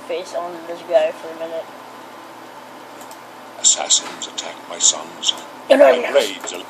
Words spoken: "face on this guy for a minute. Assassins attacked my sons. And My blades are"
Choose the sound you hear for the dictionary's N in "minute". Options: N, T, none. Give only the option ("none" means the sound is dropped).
N